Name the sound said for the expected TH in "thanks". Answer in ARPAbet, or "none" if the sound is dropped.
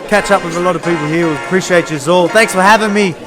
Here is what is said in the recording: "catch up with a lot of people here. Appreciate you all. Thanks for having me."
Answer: TH